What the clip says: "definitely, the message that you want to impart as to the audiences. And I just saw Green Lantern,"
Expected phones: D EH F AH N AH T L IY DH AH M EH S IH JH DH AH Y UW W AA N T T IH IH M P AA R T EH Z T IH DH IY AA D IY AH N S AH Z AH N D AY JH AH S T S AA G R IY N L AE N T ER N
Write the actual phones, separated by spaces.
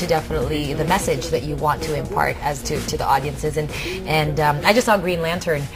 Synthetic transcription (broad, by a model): D EH F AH N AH T L IY DH AH M EH S IH JH DH AH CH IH W AA N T T IH IH M P AA R T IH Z T IH DH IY AA D IY AH N S AH Z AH N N AY JH AH S T S AA G R IY N L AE N T ER N